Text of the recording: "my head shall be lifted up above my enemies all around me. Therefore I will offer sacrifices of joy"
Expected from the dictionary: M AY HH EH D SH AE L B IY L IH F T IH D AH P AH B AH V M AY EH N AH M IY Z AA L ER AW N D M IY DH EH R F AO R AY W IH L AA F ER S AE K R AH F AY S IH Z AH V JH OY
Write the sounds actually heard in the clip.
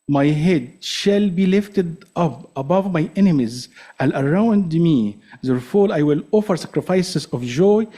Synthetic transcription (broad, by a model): M AY HH EH D SH AE L B IY L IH F T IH D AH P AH B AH V M AY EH N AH M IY Z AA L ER AW N D M IY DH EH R F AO L AY W IH L AA F ER S AE K R AH F AY S IH Z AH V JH OY